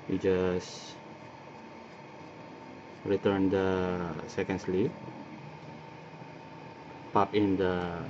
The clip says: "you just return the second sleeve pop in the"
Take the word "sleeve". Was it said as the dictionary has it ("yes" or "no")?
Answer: no